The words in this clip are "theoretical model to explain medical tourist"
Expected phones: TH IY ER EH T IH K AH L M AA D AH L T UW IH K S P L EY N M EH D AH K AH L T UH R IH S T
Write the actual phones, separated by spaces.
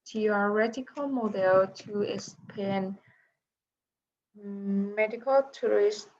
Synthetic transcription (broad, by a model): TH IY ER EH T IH K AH L M AA D AH L T UW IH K S P EY N M EH D AH K AH L T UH R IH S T